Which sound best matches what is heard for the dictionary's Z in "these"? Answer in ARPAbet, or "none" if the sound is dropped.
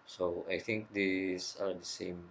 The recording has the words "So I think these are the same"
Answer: S